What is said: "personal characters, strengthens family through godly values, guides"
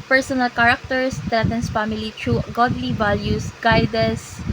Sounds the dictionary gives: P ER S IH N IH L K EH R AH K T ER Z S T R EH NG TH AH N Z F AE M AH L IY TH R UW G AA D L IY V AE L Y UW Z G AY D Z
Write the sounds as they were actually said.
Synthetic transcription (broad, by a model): P ER S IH N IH L K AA R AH K T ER S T R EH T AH N S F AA M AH L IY T R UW G AA D L IY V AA L Y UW S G AY D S